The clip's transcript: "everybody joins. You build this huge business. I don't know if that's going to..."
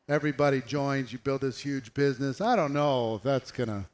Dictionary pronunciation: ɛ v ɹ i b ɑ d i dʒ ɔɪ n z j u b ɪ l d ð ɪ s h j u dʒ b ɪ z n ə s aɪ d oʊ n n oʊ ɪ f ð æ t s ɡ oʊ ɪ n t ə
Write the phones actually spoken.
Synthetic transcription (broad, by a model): ɛ v ɹ i b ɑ d i dʒ ɔɪ n z j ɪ b ɪ l d ð ɪ s h j u dʒ b ɪ z n ə s aɪ d oʊ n n oʊ ɪ f ð æ t s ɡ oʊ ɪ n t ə